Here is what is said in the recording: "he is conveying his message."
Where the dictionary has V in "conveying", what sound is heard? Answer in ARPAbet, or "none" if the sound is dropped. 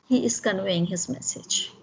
W